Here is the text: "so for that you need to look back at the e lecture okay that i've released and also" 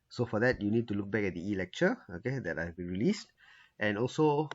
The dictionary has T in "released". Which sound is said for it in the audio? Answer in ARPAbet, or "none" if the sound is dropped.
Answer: T